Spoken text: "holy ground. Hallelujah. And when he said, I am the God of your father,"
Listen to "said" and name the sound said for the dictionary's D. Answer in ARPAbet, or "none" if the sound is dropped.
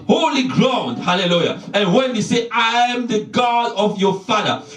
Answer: none